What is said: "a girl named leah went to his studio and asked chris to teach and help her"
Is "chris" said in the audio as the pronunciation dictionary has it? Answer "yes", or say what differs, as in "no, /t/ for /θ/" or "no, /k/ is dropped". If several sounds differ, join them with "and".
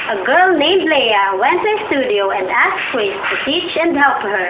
no, /w/ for /ɹ/